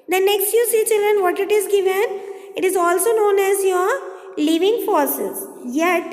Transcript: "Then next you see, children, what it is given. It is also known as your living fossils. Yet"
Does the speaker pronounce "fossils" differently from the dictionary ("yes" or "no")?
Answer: yes